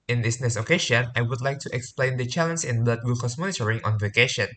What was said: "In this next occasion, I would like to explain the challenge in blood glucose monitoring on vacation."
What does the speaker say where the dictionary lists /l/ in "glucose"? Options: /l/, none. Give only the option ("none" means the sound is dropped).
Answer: none